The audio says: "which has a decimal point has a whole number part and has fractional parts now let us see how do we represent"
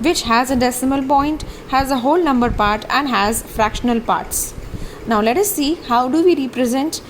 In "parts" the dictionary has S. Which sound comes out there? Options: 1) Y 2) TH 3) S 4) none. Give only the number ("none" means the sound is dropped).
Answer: 3